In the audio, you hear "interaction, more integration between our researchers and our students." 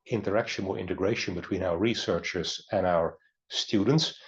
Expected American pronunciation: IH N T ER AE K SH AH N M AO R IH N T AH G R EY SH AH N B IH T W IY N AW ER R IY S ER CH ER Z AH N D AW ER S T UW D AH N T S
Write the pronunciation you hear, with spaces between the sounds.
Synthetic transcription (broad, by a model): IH N T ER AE K SH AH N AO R IH N T AH G R EY SH AH N B IH T W IY N AW ER R IY S ER CH ER Z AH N AW ER S T UW D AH N T S